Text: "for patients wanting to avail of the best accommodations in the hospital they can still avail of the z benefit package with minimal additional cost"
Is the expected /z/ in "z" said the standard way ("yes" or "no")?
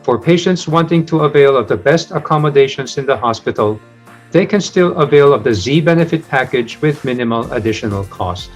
yes